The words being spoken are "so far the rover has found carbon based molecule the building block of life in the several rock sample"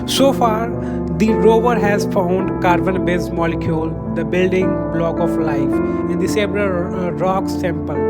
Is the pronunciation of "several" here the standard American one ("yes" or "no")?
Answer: no